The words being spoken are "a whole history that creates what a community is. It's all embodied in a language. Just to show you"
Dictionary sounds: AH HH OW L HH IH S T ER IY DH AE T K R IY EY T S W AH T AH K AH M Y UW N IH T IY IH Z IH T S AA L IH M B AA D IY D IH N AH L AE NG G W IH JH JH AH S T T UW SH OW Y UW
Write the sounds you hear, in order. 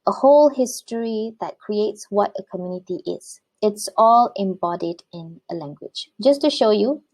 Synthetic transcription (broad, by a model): AH HH OW L HH IH S T ER IY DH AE T K R IY EY T S W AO T AH K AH M Y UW N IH T IY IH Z IH T S AA L IH M B AA D IY D IH N AH L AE NG G W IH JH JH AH S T T UW SH OW Y UW